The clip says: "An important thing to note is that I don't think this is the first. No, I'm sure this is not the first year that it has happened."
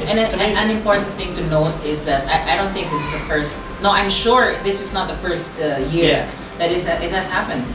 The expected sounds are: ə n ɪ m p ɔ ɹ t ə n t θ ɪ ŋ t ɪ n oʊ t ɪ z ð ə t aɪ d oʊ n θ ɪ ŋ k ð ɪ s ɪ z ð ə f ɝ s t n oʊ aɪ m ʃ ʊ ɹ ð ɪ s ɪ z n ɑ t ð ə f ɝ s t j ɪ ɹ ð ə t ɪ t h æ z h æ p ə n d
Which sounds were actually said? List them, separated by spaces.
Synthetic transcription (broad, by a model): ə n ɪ m p ɔ ɹ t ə n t θ ɪ ŋ t ɪ n oʊ t ɪ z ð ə t aɪ d oʊ n θ ɪ ŋ k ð ɪ s ɪ z ð ə f ɝ s t n oʊ aɪ m ʃ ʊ ɹ ð ɪ s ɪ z n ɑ t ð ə f ɝ s t j ɪ ɹ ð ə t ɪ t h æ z h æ p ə n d